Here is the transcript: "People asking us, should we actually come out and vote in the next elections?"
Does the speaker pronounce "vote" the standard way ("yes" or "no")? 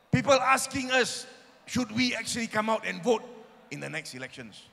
yes